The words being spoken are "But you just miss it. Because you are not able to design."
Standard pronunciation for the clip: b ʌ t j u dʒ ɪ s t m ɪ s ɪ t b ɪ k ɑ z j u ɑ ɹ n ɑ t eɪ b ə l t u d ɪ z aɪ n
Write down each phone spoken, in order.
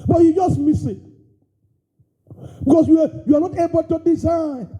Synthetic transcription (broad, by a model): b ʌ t j u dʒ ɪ s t m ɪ s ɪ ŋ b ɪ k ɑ s j u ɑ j n ɑ t eɪ b ə l t u d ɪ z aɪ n